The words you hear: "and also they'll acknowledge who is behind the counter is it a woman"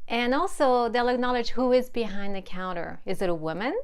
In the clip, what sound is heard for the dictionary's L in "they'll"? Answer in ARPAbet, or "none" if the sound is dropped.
L